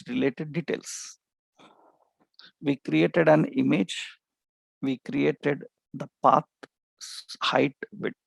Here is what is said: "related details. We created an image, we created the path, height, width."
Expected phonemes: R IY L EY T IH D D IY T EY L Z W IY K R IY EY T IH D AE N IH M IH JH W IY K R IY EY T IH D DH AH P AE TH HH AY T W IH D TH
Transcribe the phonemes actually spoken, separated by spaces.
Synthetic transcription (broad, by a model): R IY L EY T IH D D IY T EY L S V IY K R IY EY T IH D AE N IH M IH JH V IY K R IY EY T IH D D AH P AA S HH AY T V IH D